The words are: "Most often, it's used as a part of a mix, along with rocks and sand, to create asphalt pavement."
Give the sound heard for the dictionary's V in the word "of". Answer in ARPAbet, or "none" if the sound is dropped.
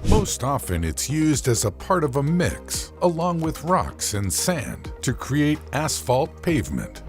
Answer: V